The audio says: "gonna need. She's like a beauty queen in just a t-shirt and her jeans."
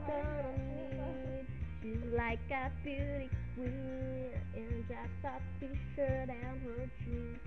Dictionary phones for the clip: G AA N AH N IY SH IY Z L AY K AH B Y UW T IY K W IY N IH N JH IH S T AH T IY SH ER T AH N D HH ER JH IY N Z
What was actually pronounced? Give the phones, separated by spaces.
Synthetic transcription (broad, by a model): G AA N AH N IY SH IY Z L AY K AH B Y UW T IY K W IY IH N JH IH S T AH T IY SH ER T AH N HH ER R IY